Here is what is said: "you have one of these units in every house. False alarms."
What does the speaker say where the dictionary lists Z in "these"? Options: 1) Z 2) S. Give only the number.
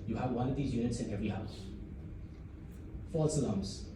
1